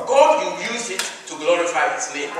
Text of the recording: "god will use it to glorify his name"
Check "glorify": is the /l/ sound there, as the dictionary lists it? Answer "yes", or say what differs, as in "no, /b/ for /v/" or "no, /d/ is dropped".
yes